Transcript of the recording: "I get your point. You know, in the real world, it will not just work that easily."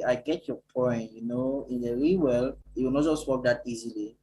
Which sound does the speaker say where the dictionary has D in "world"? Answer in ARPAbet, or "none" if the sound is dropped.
none